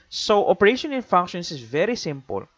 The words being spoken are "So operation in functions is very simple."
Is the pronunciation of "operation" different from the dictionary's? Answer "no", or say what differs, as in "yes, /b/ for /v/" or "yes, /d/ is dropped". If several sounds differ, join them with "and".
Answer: no